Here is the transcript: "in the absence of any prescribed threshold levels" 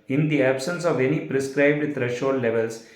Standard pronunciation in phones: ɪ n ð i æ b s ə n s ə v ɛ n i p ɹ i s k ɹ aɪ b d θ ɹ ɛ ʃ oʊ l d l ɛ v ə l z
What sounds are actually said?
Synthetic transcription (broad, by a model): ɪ n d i æ b s ə n s ə v ɛ n i p ɹ i s k ɹ aɪ b d t ɹ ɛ ʃ oʊ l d l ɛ v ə l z